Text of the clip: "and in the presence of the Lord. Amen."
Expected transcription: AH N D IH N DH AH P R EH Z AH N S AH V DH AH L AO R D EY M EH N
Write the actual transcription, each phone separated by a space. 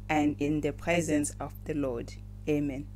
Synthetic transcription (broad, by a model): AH N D IH N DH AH P R EH Z AH N S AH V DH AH L AO D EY M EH N